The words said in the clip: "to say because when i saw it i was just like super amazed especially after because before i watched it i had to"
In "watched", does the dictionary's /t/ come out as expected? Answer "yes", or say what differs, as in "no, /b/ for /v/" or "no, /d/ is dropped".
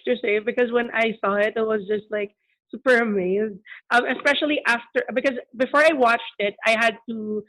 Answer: yes